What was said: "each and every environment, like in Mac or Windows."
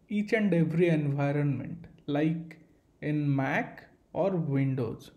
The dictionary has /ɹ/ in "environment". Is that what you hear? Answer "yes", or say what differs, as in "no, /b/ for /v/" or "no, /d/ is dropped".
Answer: yes